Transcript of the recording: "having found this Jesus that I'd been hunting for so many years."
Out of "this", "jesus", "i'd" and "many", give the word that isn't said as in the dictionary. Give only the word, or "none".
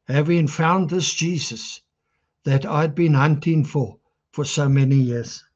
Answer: none